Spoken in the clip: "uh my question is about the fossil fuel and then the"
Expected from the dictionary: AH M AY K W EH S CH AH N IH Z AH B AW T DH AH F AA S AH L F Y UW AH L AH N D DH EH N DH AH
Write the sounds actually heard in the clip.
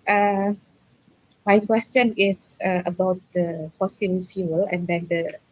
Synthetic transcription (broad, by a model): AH M AY K W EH S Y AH N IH S AH B AW T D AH F AA S AH L F Y UW AH L AH N D EH N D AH